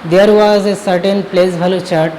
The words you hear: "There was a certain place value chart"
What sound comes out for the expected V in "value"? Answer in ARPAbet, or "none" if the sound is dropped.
B